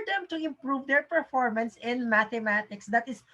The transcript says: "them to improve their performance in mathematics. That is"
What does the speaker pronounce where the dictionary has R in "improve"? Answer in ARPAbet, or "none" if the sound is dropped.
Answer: R